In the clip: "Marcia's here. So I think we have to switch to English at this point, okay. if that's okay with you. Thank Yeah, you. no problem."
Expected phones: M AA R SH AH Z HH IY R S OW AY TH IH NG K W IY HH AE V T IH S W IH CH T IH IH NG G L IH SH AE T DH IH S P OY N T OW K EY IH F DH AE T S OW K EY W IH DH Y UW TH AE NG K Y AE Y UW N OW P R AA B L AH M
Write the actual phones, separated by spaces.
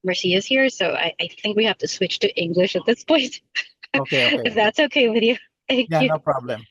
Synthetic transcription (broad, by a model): M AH R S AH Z HH IY R S OW AY TH IH NG K W IY HH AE F T IH S W IH CH T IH IH NG G L IH SH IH T DH IH S P OY N T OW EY IH F DH AE T S OW K EY W IH DH Y UW TH AE NG K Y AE Y UW N OW P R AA B L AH M